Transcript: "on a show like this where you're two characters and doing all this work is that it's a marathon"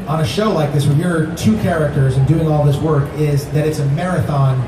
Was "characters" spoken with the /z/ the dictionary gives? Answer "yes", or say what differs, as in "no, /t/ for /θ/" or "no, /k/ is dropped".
yes